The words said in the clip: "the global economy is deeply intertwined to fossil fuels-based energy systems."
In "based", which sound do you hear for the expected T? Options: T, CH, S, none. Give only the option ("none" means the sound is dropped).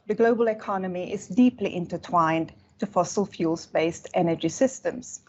T